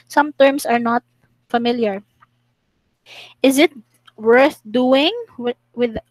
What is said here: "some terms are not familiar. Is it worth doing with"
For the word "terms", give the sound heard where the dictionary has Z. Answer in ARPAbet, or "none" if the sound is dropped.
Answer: S